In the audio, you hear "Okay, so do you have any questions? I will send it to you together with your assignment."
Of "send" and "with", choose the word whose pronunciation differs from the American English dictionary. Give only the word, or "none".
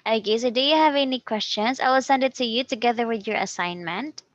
none